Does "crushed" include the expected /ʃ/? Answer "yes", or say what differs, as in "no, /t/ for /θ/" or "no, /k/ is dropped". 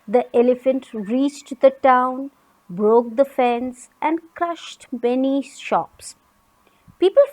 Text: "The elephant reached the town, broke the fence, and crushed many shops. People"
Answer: yes